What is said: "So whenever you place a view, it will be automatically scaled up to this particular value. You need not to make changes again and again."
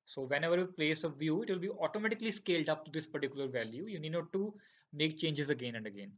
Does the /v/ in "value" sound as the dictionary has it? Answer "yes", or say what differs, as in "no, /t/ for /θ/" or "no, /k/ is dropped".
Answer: yes